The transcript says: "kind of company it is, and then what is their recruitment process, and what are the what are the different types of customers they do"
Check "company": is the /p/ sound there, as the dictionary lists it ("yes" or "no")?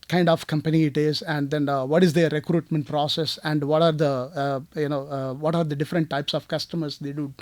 yes